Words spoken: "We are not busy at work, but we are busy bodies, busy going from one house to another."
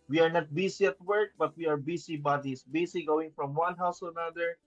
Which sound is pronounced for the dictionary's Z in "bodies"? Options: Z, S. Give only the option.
S